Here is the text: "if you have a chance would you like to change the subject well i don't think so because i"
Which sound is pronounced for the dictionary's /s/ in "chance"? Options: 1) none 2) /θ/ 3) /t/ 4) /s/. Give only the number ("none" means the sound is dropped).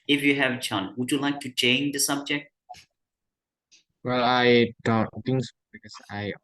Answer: 1